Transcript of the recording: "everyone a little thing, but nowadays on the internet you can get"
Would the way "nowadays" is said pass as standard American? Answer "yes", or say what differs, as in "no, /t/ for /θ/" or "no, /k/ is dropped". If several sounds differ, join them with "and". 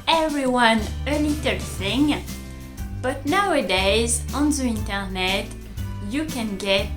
yes